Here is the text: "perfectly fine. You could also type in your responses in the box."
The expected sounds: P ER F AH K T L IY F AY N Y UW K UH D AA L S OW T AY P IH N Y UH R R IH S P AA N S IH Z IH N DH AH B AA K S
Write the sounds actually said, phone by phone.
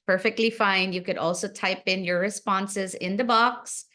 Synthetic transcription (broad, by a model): P ER F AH K T L IY F AY N Y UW K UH D AA L S OW T AY P IH N Y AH R R IH S P AA N S IH Z IH N DH AH B AA K S